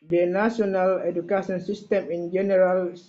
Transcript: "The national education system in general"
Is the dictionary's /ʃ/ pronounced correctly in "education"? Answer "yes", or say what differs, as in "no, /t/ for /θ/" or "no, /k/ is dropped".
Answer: no, /s/ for /ʃ/